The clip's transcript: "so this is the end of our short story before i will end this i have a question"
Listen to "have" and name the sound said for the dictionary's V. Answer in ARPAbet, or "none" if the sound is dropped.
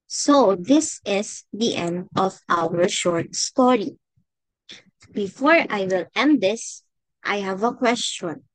V